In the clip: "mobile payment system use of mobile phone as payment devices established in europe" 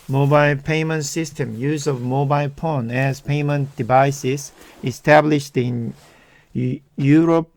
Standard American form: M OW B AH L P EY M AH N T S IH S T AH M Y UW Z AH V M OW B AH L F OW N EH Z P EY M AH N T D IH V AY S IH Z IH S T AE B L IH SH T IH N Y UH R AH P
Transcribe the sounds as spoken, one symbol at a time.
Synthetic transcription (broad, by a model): M OW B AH L P EY M AH N T S IH S T AH M Y UW Z AH V M OW B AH L P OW N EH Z P EY M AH N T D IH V AY S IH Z IH S T AE B L IH SH T IH N Y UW R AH P